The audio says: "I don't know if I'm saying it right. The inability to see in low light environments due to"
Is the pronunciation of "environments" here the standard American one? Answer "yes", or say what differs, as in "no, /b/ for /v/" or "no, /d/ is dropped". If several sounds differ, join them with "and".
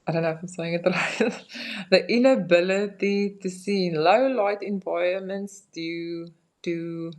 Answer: no, /ɹ/ is dropped and /n/ is dropped